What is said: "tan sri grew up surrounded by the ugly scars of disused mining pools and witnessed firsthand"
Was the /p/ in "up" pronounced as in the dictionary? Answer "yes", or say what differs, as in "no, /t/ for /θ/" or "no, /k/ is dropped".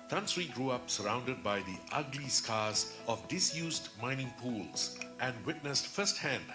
yes